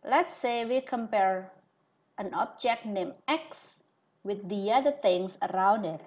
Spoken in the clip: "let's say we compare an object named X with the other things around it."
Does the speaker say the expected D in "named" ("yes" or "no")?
no